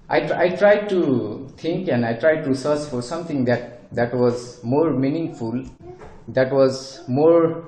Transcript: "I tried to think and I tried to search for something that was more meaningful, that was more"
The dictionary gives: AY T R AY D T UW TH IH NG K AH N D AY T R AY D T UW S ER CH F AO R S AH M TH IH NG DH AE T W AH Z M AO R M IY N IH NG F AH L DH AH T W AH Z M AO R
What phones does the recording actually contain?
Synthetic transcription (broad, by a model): AY T R AY D T UW T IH NG K AH N D AY T R AY D T UW S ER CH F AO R S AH M T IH NG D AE T W AH Z M AO R M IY N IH NG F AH L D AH T W AH Z M AO R